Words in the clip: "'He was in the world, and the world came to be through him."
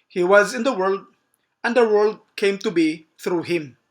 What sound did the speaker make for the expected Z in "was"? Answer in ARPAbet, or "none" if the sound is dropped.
Z